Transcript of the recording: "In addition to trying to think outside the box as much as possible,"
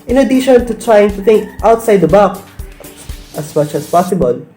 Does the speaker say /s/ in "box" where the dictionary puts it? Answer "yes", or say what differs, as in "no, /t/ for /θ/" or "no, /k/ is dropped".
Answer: no, /s/ is dropped